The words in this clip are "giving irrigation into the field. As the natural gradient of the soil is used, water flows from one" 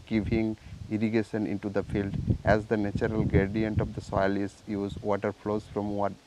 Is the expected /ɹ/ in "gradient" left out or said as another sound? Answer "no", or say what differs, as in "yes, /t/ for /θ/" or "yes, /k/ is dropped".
yes, /ɹ/ is dropped